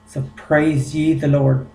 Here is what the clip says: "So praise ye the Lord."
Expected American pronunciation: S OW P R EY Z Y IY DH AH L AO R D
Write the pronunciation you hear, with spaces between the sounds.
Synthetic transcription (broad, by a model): S OW P R EY Z Y IY DH AH L AO R D